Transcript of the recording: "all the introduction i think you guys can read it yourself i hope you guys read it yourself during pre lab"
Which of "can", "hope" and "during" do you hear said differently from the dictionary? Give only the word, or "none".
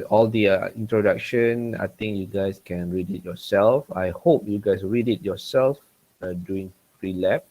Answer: during